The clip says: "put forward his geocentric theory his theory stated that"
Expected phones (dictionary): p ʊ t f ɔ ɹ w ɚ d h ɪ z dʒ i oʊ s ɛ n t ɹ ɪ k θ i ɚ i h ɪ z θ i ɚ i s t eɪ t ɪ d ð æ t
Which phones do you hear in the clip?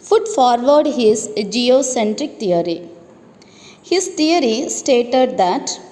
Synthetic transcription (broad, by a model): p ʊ t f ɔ ɹ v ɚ d h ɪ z dʒ i oʊ s ɛ n t ɹ ɪ k t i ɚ i h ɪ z t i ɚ i s t eɪ t ɪ d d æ t